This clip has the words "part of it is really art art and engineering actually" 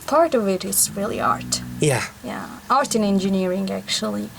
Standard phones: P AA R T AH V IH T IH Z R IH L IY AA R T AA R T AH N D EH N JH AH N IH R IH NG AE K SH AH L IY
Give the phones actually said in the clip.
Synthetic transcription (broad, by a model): P AA R T AH V IH T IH S R IH L IY AA R T AA R T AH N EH N JH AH N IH R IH NG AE K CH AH L IY